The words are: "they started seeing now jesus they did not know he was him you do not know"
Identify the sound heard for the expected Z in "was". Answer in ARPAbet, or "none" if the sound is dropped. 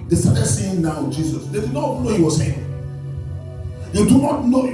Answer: S